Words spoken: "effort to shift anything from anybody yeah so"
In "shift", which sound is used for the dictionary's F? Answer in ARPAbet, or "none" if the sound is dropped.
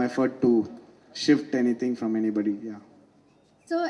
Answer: F